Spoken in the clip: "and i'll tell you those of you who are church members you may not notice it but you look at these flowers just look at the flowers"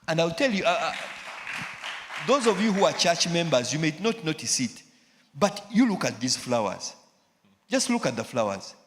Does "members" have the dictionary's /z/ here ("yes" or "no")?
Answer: yes